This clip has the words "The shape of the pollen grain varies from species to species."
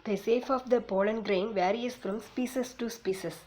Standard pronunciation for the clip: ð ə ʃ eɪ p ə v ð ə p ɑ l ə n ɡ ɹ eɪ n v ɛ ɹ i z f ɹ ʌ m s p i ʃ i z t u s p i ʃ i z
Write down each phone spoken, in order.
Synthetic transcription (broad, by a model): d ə s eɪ f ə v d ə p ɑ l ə n ɡ ɹ eɪ n v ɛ ɹ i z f ɹ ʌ m s p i s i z t u s p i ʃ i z